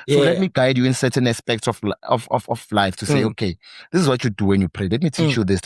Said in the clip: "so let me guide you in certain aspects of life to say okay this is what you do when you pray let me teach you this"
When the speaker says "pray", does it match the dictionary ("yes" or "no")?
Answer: yes